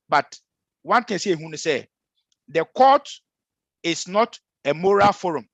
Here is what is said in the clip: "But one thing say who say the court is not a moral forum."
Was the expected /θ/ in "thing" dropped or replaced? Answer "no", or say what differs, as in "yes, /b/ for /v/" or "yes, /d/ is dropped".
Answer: yes, /t/ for /θ/